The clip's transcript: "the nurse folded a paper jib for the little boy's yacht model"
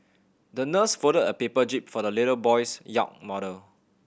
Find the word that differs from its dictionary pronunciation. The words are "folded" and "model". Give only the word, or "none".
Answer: folded